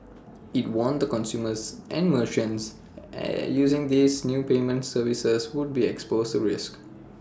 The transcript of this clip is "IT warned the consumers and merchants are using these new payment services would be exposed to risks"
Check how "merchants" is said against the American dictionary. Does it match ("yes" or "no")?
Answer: no